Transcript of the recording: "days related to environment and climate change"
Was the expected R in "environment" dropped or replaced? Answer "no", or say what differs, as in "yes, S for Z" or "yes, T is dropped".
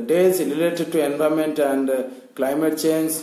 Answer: yes, R is dropped